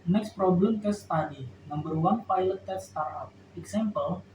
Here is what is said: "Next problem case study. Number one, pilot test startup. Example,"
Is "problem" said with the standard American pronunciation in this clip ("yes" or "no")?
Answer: yes